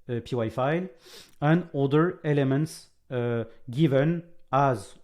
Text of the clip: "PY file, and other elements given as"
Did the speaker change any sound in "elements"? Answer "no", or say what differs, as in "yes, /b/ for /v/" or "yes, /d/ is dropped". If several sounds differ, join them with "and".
no